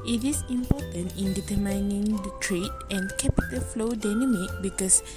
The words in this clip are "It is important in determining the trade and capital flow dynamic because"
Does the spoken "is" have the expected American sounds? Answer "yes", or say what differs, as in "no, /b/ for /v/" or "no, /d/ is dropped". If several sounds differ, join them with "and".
no, /s/ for /z/